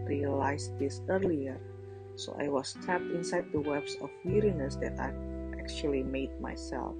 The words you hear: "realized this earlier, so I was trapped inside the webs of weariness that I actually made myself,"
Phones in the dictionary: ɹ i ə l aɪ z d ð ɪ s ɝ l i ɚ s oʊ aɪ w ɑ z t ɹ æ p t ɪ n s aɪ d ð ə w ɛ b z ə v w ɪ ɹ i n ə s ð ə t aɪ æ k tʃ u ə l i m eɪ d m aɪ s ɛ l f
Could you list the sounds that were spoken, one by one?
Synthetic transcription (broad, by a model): ɹ i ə l aɪ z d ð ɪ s ɝ l i ɚ s oʊ aɪ w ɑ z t æ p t ɪ n s aɪ d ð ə w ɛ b s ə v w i ɹ i n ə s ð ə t aɪ æ k tʃ u ə l i m eɪ d m aɪ s ɛ l f